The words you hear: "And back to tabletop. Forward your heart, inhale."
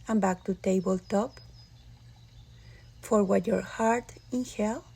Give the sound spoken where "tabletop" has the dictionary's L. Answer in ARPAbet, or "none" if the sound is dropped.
L